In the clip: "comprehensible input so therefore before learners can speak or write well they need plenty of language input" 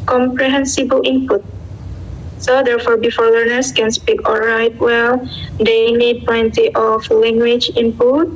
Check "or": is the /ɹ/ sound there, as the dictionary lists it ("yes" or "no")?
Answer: no